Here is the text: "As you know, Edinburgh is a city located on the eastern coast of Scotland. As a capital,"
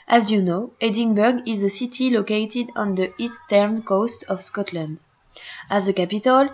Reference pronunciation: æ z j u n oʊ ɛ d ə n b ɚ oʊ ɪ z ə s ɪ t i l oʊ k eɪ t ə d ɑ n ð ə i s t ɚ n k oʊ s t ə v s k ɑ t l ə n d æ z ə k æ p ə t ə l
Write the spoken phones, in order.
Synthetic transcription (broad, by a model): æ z j u n oʊ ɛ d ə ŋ b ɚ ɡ ɪ z ə s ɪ t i l oʊ k eɪ t ə d ɑ n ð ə i s t ɚ n k oʊ s t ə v s k ɑ t l ə n d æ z ə k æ p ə t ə l